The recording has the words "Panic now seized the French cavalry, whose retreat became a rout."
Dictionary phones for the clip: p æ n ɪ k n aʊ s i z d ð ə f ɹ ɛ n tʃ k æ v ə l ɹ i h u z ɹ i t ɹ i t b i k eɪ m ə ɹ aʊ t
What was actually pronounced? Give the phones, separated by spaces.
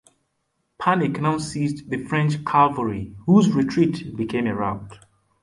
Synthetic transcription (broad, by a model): p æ n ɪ k n aʊ s i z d ð ə f ɹ ɛ n tʃ k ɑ v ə ɹ i h u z ɹ i t ɹ i t b i k eɪ m ə ɹ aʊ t